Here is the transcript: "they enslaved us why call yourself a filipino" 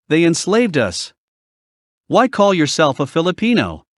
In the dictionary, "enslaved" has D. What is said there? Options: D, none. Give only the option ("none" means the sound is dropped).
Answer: D